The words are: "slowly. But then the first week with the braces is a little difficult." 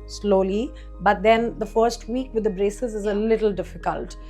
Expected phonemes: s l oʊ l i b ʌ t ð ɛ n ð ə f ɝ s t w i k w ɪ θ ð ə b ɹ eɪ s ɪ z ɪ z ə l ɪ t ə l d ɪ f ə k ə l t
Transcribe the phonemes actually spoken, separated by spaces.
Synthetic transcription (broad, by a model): s l oʊ l i b ʌ t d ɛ n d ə f ɝ s t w i k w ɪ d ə b ɹ eɪ s ɪ z ɪ z ə l ɪ t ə l d ɪ f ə k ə l t